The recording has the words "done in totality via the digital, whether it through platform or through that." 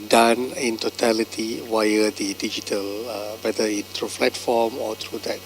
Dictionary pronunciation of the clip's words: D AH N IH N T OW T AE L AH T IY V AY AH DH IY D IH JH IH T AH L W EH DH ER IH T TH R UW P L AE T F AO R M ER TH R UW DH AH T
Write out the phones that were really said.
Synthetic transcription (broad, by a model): D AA N IH N T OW T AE L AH T IY W AY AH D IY D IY JH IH T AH L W EH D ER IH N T R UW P L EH T F AO M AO T R UW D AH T